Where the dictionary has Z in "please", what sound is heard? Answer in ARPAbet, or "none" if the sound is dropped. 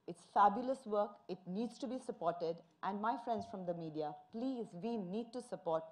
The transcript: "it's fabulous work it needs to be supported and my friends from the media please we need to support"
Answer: Z